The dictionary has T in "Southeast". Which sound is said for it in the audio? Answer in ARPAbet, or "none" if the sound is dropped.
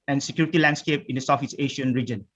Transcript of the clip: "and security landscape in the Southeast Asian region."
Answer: none